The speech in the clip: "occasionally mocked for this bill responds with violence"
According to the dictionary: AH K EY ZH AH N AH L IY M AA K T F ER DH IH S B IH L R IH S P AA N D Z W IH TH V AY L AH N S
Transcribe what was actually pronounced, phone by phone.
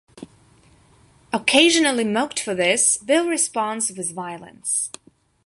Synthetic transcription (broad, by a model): AH K EY ZH AH N AH L IY M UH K T F ER DH IH S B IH L R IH S P AA N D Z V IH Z V AY L AH N S